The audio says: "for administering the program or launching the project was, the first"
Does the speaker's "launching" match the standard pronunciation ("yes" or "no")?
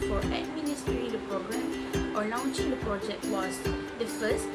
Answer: yes